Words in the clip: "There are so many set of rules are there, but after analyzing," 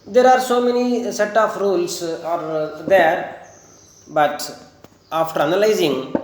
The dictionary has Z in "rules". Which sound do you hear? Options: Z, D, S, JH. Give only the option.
S